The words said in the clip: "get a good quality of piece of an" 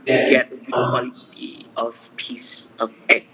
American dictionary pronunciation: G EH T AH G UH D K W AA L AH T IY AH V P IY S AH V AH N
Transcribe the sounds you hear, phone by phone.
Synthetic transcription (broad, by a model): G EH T AH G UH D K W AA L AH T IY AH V P IY S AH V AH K